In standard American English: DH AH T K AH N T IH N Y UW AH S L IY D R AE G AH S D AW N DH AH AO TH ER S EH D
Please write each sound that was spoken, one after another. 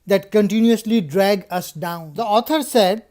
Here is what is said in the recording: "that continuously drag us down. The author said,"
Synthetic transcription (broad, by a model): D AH T K AH N T IH N Y UW AH S L IY D R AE G AH S D AW N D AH AO T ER S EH D